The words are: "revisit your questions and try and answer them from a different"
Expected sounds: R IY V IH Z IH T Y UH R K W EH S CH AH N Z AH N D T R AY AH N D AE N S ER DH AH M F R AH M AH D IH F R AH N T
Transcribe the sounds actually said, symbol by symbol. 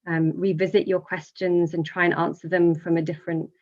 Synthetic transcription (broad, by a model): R IY V IH Z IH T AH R K W EH S CH AH N Z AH N T R AY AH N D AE N S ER DH AH M F R AH M AH D IH F R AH N T